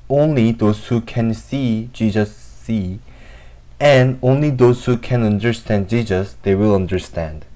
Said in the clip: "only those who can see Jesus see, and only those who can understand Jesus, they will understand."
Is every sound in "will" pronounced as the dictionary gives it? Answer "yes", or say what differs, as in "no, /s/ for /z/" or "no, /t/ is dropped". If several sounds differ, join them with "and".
yes